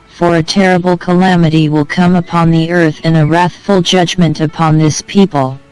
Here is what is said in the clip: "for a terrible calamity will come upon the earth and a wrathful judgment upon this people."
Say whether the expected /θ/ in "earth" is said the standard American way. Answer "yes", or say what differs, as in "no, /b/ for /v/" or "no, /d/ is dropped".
yes